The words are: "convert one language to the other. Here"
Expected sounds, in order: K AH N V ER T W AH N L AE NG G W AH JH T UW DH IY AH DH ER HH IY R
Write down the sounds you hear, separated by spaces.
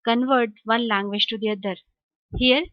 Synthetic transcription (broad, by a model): K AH N V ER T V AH N L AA NG G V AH SH T UW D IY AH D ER HH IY R